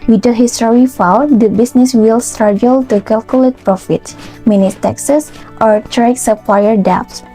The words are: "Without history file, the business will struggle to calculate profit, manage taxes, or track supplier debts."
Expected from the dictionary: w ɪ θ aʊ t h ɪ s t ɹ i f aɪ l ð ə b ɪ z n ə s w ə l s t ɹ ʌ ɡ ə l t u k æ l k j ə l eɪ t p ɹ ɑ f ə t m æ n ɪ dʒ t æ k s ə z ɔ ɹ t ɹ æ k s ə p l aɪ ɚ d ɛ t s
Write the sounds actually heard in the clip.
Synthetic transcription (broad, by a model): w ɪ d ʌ h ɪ s t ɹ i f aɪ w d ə b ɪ s n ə s w ə l s t ɹ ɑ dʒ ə l t u k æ l k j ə l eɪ t p ɹ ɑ f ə t m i n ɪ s t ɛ k s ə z ɔ ɹ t ɹ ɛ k s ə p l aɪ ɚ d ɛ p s